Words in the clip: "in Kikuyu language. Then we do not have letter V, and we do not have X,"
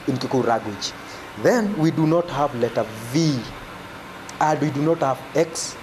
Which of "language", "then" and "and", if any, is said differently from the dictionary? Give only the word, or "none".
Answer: language